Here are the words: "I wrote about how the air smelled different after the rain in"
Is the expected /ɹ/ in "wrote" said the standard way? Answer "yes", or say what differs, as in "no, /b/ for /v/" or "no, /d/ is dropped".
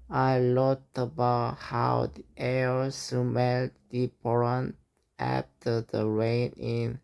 no, /l/ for /ɹ/